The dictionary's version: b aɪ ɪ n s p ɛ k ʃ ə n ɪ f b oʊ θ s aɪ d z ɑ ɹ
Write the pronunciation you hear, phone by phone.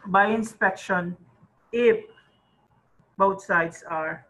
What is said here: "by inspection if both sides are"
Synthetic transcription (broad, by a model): b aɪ ɪ n s p ɛ k ʃ ə n ɪ f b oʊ t s aɪ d s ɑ ɹ